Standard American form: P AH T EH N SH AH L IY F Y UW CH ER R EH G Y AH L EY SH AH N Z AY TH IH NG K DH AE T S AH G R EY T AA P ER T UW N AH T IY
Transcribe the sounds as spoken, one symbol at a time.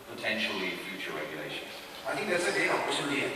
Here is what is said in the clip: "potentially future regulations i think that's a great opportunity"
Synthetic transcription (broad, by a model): P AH T EH N SH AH L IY F Y UW CH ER R EH G Y AH L EY SH AH N Z AY TH IH NG K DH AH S AH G EY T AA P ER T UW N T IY